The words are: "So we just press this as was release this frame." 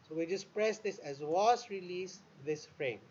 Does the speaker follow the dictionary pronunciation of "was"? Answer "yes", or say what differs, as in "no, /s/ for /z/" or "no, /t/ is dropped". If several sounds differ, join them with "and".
no, /s/ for /z/